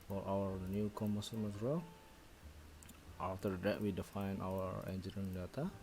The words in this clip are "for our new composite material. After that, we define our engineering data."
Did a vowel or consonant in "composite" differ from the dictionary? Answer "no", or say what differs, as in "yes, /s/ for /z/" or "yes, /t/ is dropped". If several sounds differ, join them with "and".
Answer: yes, /p/ is dropped and /s/ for /z/